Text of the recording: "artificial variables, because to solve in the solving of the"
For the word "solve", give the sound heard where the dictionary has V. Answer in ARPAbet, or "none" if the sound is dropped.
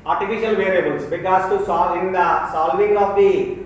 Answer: none